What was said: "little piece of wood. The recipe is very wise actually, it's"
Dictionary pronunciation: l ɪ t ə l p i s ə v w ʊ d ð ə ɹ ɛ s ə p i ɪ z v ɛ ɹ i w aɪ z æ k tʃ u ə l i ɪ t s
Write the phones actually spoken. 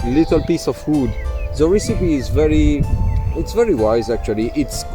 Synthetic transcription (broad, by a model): l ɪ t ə l p i s ə v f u d ð ə ɹ ɛ s ə p i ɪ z v ɛ ɹ i w aɪ z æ k tʃ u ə l i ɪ t s